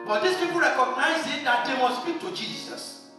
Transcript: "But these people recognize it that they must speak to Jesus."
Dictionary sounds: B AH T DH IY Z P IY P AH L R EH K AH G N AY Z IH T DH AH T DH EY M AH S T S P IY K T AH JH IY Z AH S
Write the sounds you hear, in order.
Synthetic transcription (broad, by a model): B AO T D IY S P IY P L R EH K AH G N AY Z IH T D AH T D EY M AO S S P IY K T AH JH IY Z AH S